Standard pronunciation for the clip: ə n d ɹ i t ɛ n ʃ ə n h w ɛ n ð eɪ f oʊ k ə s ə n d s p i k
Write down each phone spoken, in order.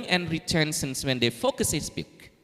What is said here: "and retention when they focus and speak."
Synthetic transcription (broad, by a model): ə n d ɹ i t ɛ n s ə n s w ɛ n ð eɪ f oʊ k ə s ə s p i k